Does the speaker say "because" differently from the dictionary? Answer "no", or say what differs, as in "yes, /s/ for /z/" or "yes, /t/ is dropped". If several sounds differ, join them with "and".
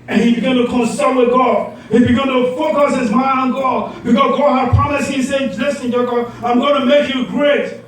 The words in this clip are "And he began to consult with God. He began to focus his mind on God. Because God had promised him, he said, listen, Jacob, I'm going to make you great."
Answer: yes, /z/ is dropped